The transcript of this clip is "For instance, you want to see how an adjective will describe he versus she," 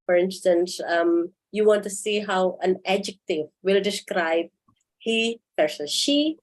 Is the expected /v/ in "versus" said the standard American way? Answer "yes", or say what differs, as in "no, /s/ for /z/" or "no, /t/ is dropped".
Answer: no, /p/ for /v/